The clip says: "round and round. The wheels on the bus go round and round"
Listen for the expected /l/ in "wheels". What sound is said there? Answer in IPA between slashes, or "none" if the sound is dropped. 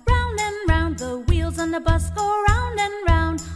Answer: /l/